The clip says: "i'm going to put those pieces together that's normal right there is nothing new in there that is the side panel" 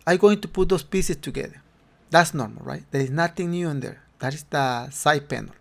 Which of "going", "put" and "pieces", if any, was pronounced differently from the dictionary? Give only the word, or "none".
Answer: pieces